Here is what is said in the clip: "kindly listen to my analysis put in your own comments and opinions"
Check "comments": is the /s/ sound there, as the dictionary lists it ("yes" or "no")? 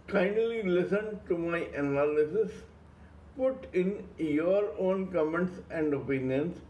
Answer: yes